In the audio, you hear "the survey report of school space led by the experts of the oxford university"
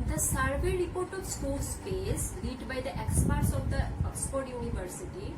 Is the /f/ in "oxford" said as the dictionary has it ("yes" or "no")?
no